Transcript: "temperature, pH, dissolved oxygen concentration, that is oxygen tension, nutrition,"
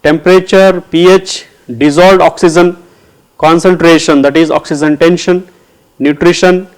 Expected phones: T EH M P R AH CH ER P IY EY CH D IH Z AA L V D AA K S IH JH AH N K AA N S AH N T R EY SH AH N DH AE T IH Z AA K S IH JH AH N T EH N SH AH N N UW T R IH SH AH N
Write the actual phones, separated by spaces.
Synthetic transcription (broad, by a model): T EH M P R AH CH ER P IY EY CH D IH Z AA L D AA K S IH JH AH N K AA N S AH N T R EY SH AH N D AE T IH Z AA K S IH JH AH N T EH N SH AH N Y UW T R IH SH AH N